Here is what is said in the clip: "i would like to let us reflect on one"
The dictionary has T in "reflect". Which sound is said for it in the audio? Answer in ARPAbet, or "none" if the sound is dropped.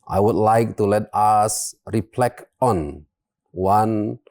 none